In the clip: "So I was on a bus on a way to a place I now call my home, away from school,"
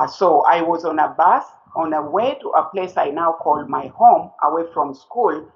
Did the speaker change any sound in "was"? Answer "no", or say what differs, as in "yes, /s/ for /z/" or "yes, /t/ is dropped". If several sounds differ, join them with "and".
no